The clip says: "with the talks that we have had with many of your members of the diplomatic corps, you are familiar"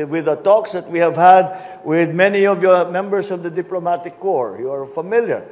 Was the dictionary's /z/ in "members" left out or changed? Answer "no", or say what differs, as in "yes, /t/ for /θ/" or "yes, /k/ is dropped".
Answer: yes, /s/ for /z/